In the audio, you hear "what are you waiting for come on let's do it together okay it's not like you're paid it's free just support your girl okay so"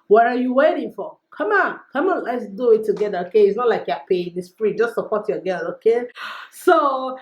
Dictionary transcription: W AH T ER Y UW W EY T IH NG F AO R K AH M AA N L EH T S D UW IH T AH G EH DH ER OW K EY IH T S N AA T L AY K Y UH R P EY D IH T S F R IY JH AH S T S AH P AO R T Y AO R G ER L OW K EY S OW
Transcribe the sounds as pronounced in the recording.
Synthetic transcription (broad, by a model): W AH T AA Y UW W EY T IH NG F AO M K AH M AA N L EH T S D UW IH T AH G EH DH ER OW K EY IH T S N AA T L AY K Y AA P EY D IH S P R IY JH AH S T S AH P AO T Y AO G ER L OW K EY S OW